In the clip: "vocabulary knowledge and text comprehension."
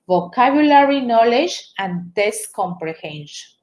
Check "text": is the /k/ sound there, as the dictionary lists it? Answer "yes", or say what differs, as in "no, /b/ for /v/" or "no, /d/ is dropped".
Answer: no, /k/ is dropped